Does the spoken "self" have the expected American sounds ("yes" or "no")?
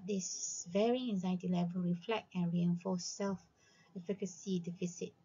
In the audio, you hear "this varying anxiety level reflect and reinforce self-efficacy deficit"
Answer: yes